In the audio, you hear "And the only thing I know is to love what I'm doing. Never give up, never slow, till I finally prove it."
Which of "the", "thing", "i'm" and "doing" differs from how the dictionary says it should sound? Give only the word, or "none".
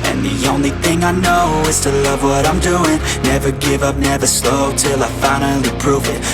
none